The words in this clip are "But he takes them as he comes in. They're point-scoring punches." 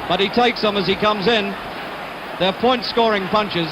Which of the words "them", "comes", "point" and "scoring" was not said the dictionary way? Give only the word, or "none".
none